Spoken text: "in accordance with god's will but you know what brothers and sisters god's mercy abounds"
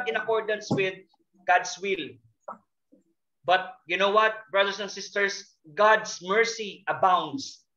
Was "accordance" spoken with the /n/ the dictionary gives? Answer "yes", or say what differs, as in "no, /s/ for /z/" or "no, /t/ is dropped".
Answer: yes